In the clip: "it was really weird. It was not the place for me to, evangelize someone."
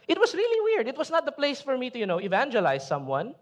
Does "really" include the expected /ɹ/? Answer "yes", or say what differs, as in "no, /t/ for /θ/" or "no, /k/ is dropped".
yes